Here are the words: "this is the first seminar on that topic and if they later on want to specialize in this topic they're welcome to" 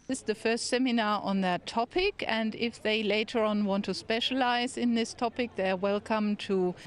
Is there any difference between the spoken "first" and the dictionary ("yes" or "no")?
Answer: no